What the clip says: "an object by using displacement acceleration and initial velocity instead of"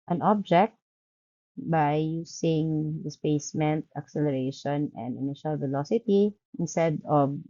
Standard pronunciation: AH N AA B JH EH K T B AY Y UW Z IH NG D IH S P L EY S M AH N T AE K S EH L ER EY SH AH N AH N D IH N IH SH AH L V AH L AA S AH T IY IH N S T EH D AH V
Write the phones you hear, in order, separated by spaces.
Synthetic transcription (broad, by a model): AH N AA B JH EH K T B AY Y UW S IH NG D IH S P EY S M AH N T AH K S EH L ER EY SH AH N AH N D IH N IH SH AH L V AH L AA S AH T IY IH N S T EH D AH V